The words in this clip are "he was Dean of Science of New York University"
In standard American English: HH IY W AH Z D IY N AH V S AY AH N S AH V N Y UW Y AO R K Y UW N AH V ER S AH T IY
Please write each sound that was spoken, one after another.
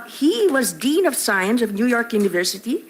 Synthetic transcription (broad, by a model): HH IY W AH Z D IY N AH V S AY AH N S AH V N Y UW Y AO R K Y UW N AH V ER S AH T IY